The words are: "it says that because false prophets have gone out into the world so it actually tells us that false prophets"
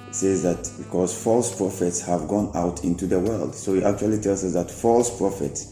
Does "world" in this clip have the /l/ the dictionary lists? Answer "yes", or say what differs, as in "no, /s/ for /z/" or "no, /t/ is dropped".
yes